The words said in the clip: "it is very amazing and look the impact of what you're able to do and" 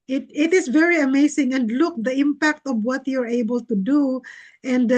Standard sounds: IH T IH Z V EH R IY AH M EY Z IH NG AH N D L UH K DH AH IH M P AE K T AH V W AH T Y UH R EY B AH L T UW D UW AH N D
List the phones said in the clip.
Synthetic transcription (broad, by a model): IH T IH S V EH R IY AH M EY S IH NG AH N D L UH K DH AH IH M P AE K T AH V W AH T Y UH R EY B AH L T UW D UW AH N D